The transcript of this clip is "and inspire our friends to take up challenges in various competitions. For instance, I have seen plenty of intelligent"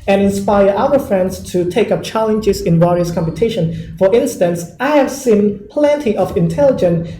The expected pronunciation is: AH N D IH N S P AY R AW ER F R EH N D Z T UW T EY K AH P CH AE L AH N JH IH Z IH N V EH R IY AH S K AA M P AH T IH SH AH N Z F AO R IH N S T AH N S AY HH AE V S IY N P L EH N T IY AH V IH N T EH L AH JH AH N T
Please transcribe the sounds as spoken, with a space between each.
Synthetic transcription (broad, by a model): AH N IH N S P AY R AW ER F R EH N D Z T UW T EY K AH P CH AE L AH N JH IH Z IH N W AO R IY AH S K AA M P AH T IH SH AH N F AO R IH N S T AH N S AY HH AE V S IY N P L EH N T IY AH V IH N T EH L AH JH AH N